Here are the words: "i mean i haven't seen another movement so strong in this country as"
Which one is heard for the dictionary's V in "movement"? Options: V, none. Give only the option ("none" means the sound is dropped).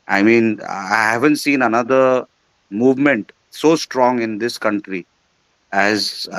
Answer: V